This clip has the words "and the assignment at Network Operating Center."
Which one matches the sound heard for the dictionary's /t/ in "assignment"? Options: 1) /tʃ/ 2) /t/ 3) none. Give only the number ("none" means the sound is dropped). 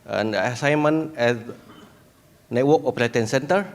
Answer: 3